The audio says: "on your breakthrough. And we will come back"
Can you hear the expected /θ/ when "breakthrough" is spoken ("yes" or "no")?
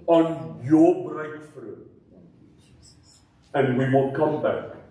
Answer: no